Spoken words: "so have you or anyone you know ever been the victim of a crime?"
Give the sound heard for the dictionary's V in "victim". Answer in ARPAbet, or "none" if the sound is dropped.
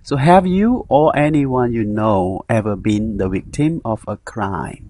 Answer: W